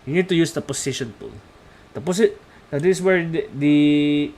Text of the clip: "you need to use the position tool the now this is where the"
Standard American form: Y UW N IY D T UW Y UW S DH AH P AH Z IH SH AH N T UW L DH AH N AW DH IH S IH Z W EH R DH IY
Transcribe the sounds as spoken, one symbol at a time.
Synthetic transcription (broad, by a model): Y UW N IY D T UW Y UW S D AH P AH S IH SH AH N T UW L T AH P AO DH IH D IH S W EH R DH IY